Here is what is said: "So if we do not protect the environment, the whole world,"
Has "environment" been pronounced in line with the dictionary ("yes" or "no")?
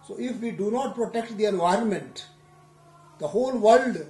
yes